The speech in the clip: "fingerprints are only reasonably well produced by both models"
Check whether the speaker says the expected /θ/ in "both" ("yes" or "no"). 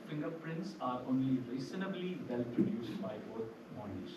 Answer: no